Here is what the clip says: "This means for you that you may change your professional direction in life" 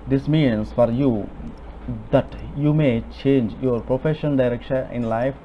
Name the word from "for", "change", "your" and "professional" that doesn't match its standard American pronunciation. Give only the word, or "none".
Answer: professional